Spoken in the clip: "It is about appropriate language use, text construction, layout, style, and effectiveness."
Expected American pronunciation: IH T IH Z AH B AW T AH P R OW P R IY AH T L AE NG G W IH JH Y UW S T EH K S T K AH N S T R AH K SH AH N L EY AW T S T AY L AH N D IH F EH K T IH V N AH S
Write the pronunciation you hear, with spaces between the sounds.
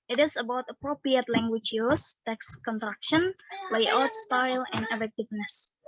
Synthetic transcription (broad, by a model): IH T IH S AH B AW T AH P R OW P R IY AH T L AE NG G W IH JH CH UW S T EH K S K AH N T R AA K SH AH N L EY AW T S T AY L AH N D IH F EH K T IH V N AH S